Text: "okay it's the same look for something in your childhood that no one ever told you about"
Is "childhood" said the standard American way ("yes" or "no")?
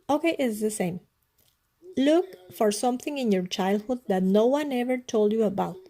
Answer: yes